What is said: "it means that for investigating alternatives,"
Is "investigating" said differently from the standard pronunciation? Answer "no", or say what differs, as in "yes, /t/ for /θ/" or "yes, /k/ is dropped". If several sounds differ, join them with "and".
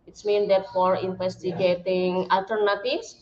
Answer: yes, /f/ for /v/